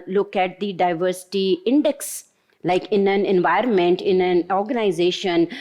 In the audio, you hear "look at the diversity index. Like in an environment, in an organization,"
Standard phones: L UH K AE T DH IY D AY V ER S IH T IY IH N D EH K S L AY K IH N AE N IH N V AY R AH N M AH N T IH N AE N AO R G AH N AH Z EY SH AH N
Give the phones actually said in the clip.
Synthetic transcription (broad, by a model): L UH K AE T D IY D AY V ER S IH T IY IH N D EH K S L AY K IH N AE N IH N V AY R AH N M AH N T IH N AE N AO R G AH N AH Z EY SH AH N